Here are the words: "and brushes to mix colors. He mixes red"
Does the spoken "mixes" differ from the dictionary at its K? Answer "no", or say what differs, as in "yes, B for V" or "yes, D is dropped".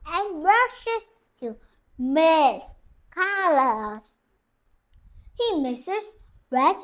yes, K is dropped